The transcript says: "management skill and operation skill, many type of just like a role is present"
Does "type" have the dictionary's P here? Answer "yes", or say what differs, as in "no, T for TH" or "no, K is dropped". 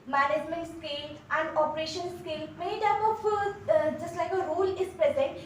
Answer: no, F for P